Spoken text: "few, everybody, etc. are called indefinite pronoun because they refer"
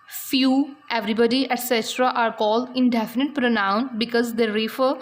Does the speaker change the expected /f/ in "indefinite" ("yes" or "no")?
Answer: no